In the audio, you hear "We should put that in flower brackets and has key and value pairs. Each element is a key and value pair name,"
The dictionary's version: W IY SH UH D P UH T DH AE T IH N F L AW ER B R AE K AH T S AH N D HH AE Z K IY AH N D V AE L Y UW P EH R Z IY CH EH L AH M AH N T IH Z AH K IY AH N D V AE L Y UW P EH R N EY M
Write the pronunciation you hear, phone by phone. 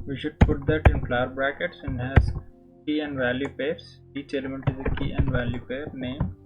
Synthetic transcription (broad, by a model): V IY SH UH D P UH T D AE T IH N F L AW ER B R AE K AH T S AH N HH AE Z K IY AH N D V AE L Y UW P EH R S IY CH EH L AH M AH N T IH Z AH K IY AH N D V AE L Y UW P EH R N EY M